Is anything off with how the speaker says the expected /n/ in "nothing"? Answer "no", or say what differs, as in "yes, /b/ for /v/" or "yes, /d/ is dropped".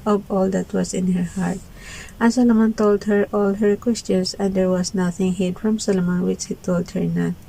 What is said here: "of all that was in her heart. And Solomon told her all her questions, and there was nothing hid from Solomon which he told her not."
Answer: no